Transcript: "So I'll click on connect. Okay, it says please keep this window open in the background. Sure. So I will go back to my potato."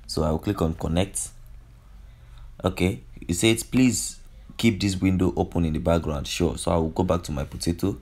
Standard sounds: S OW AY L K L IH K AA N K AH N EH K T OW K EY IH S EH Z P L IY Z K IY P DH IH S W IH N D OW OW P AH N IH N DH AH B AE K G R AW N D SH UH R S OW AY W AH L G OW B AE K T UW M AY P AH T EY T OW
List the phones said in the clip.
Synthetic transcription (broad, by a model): S OW AY W K L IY K AA N K AH N EH K T OW K EY IH S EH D P L IY Z K IY P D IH S W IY N D OW OW P AH N IH N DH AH B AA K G R AW N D SH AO S OW AY W AH L G OW B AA K T UW M AY P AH T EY T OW